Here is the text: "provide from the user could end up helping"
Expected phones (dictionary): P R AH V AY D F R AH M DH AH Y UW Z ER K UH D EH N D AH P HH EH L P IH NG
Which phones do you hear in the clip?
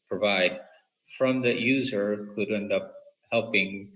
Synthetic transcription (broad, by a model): P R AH V AY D F R AH M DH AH Y UW Z ER K UH D EH N D AH P HH EH L P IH NG